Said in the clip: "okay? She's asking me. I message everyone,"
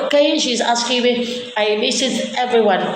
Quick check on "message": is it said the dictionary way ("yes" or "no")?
no